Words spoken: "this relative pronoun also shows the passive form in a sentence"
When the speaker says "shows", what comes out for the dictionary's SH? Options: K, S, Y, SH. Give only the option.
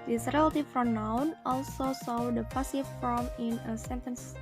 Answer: S